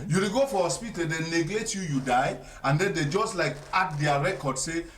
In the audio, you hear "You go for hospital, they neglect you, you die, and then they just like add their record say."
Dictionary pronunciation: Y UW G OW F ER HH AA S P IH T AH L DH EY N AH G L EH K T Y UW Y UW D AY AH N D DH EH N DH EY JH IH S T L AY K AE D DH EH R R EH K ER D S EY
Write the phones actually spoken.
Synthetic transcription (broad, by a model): Y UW G OW F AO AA S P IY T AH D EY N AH G L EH T Y UW Y UW D AY AH N D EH N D EY JH IH S T L AY K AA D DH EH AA R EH K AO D S EY